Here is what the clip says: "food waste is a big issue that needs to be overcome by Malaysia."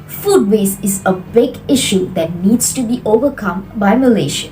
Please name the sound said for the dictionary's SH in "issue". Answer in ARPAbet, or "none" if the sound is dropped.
SH